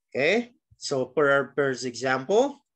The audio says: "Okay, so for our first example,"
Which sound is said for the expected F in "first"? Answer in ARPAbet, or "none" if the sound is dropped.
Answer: P